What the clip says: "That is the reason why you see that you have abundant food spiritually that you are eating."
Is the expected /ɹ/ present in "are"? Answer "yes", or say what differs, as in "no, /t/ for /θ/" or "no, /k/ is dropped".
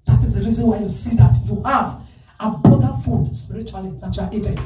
no, /l/ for /ɹ/